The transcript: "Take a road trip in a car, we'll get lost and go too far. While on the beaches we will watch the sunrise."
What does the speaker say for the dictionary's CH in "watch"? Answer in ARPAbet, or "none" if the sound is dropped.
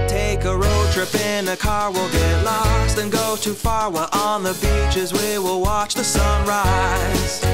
CH